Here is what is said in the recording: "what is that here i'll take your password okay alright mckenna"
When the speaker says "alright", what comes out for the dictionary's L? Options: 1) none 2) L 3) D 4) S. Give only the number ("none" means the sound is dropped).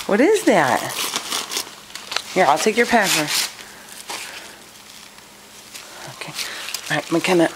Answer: 1